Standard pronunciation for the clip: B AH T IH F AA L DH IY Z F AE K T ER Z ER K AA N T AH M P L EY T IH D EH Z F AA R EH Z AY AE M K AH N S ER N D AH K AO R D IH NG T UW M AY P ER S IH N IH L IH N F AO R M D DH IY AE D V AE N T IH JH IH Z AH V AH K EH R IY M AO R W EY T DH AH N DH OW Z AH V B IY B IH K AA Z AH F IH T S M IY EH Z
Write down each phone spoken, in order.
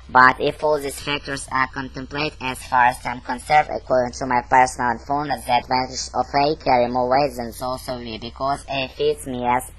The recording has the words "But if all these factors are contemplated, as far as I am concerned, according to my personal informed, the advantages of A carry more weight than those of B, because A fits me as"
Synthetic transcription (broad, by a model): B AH T IH F AA L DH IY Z F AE K T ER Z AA K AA N T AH M P L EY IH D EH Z F AA R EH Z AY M K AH N S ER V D AH K AO R D IH NG T UW M AY P ER S IH N IH L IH N F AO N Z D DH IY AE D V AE N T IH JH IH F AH AH K EH R IY M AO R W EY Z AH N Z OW S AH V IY B IH K AA Z AH F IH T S M IY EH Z